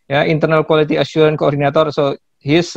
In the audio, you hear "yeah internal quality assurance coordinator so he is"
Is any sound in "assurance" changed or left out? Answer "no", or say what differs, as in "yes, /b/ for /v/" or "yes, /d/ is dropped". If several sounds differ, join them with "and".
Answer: yes, /s/ is dropped